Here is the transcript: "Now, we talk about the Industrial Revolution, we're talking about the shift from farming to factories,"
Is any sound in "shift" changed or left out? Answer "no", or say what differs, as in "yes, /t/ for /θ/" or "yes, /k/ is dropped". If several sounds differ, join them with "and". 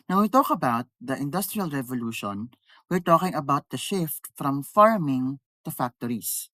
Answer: no